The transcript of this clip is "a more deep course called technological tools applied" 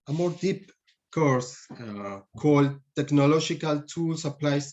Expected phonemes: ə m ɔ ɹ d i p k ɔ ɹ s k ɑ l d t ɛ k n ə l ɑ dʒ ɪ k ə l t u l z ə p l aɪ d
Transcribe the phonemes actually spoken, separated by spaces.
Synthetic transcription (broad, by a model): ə m ɔ ɹ d i p k ɔ ɹ s k ɑ l d t ɛ k n ə l ɑ dʒ ɪ k ə l t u l s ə p l aɪ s